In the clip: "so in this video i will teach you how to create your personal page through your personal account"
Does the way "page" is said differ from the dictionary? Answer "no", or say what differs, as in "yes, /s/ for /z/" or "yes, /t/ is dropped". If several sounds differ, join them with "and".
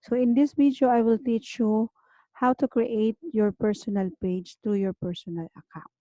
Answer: no